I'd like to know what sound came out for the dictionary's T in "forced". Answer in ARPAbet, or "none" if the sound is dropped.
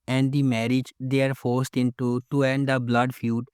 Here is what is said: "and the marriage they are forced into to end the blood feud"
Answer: T